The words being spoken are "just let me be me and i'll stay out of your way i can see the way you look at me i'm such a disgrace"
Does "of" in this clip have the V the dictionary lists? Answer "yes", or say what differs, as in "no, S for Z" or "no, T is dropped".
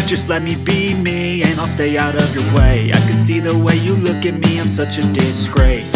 yes